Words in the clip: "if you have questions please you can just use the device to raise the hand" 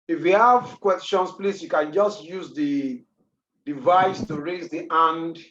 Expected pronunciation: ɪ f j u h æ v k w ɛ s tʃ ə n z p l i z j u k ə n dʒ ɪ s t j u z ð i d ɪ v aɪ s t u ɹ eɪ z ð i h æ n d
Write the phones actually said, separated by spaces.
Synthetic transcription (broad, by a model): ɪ f j u h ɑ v k w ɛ s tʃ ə n s p l i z j u k ə n dʒ ɪ s t j u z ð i d ɪ v aɪ s t u ɹ eɪ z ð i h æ n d